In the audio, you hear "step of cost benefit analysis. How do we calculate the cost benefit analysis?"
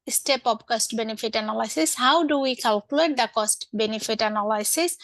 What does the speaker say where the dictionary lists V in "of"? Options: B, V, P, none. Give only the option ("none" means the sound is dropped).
P